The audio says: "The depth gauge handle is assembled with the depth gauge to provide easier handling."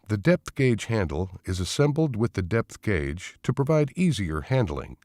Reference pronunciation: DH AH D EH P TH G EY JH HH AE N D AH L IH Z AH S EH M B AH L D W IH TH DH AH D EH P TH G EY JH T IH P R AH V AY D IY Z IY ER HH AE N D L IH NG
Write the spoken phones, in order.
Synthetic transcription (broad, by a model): DH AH D EH P TH G EY JH HH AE N D L IH Z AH S EH M B L D W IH DH AH D EH P TH G EY JH T IH P R AH V AY D IY Z IY ER HH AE N D L IH NG